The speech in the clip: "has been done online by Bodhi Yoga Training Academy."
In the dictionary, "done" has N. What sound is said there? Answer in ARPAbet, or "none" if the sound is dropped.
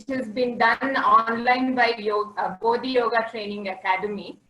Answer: N